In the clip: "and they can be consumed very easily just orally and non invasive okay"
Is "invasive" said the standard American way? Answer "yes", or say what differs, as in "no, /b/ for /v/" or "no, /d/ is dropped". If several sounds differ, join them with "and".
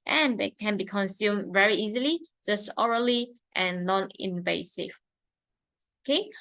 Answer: yes